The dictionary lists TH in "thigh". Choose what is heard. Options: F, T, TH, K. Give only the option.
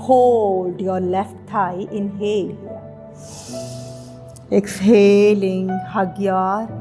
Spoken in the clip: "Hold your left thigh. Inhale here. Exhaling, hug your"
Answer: T